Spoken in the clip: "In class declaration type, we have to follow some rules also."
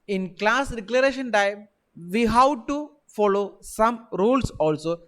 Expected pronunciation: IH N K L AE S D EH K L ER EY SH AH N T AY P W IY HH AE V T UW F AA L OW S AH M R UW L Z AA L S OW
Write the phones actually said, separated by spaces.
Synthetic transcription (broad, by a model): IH N K L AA S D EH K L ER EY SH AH N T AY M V IY HH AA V T UW F AA L OW S AH M R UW L S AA L S OW